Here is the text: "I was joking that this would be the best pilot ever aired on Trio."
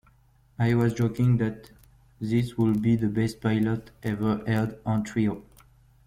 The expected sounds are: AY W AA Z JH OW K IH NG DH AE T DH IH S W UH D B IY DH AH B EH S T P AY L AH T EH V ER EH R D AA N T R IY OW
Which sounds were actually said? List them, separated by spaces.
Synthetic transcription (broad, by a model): AY W AA Z JH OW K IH NG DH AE T DH IH S W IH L B IY DH AH B EH S T P AY L AH T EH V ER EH L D AA N T R IY OW